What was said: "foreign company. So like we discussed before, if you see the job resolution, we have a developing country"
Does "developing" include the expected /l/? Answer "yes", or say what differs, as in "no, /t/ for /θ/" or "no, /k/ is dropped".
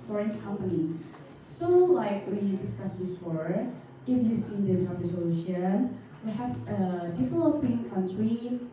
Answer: no, /l/ is dropped